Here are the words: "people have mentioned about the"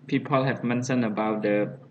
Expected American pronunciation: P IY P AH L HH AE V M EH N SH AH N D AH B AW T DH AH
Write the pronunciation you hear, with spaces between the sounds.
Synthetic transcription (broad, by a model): P IY P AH L HH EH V M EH N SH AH N AH B AW T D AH